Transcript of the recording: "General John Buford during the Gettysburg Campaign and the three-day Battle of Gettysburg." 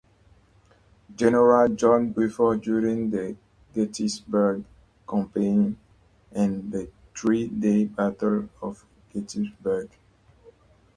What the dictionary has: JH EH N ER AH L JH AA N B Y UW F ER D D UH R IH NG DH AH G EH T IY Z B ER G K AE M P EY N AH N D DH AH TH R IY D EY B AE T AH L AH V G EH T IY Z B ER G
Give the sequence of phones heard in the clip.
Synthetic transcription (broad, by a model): JH EH N ER AH L JH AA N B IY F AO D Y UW R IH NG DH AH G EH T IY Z B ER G K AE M P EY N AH N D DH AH T R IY D EY B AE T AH L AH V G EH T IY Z B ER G